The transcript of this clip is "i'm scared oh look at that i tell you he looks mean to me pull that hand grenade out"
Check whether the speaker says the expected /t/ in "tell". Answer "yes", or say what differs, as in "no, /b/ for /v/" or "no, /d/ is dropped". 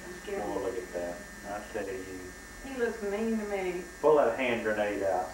no, /s/ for /t/